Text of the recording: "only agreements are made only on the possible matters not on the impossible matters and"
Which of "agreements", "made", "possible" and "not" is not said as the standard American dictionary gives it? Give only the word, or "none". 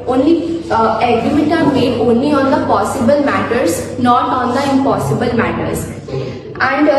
agreements